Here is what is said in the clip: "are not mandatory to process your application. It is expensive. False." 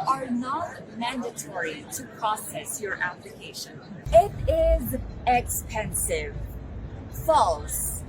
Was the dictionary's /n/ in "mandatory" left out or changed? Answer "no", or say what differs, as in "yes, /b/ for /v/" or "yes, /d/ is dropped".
no